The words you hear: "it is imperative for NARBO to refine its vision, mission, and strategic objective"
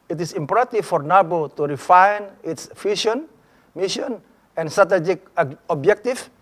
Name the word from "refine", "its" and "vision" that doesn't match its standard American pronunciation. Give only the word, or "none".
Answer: vision